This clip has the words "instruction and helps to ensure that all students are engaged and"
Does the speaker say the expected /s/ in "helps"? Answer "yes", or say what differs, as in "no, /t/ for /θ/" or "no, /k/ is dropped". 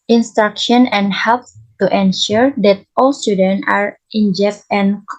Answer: no, /s/ is dropped